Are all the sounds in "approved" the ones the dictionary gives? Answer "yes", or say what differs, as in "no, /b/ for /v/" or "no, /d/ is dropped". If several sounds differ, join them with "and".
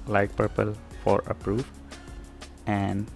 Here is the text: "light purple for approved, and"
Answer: no, /d/ is dropped